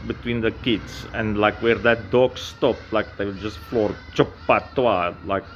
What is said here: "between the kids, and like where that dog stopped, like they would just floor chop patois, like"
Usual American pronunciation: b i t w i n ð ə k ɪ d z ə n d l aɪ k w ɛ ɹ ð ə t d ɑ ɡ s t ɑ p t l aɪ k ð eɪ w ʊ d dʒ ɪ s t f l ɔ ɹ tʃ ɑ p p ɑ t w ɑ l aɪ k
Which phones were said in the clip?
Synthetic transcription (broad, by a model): b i t w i n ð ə k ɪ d s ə n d l aɪ k w ɛ ɹ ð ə t d ɑ ɡ s t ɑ p l aɪ k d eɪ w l dʒ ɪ s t f l ɔ ɹ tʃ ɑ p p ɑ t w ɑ l aɪ k